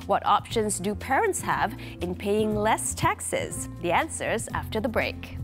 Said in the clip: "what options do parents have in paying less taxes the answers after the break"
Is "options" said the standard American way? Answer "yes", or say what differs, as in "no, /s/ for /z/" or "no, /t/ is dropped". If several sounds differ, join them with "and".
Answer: yes